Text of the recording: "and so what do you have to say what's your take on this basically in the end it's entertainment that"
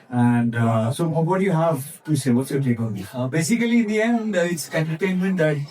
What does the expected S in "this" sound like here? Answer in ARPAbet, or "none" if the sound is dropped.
none